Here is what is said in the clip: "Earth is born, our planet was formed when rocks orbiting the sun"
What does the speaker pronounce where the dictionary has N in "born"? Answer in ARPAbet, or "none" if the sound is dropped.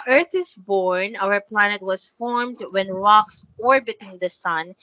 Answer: N